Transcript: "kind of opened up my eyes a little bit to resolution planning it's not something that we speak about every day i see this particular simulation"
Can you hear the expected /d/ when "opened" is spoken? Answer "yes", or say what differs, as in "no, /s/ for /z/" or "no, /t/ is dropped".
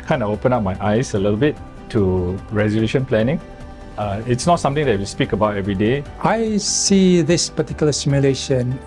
no, /d/ is dropped